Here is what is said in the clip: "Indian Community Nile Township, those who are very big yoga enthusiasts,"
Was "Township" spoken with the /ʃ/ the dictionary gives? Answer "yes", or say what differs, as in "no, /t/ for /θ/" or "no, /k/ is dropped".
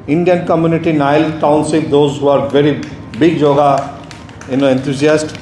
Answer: no, /s/ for /ʃ/